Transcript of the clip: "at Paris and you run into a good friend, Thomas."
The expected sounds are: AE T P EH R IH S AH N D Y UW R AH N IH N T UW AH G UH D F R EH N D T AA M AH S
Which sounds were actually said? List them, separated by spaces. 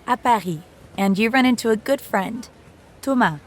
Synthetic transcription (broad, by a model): T P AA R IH AH N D Y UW R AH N IH N T UW AH G UH D F R EH N D T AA M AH